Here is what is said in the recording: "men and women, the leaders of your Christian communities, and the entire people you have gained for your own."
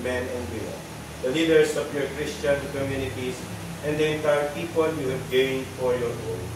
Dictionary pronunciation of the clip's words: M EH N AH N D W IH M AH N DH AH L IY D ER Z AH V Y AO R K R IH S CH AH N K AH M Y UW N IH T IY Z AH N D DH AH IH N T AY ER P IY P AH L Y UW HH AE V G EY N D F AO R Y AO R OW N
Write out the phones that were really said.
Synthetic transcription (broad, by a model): M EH N AH N D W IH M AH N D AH L IY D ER S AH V Y AO R K R IH S CH AH N K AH M Y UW N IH T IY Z AH N D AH IH N T AY ER P IY P AH L Y UW HH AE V G EY N D F AO R Y AO R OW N